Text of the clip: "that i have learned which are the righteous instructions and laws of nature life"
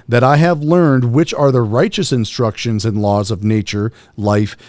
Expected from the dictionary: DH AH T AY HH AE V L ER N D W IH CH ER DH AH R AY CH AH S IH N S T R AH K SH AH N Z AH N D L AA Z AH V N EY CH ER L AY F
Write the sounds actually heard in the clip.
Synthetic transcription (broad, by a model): DH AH T AY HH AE V L ER N D W IH CH ER DH AH R AY CH AH S IH N S T R AH K SH AH N Z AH N L AA Z AH V N EY CH ER L AY F